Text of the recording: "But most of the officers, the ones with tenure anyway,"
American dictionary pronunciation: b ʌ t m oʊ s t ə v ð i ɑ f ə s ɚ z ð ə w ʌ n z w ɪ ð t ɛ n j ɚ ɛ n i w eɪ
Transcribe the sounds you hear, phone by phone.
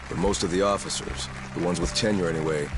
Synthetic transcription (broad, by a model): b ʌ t m oʊ s t ə v ð i ɑ f ə s ɚ z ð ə w ʌ n z w ɪ ð t ɛ n j ɚ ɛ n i w eɪ